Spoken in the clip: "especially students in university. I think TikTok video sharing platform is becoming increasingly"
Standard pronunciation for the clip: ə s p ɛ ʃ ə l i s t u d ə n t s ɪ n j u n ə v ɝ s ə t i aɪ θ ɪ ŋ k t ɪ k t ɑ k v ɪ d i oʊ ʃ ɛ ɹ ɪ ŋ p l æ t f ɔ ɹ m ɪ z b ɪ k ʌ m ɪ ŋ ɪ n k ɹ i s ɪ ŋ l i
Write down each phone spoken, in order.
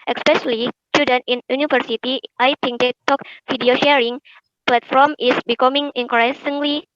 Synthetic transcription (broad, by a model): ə s p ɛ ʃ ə l i s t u d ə n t ɪ n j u n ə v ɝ s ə t i aɪ t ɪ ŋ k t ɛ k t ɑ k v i d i oʊ ʃ ɛ ɹ ɪ ŋ p l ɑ t f ɔ ɹ m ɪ s b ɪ k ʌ m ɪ ŋ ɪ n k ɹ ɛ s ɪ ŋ l i